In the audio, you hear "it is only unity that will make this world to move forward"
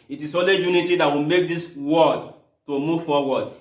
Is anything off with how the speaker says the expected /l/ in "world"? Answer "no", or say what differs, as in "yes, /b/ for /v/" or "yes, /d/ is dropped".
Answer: yes, /l/ is dropped